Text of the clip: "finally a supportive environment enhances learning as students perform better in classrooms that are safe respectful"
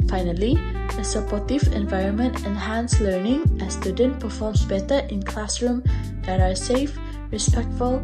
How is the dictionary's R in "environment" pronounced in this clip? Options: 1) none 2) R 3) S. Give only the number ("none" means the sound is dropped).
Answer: 2